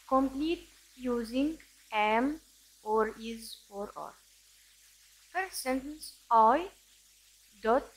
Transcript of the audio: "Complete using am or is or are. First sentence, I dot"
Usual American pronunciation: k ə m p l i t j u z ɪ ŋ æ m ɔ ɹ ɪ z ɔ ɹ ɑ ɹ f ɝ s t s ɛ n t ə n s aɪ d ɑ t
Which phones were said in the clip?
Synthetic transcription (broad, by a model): k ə m p l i t j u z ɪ ŋ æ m ɔ ɹ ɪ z ɔ ɹ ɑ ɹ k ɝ t s ɛ n t ə n s aɪ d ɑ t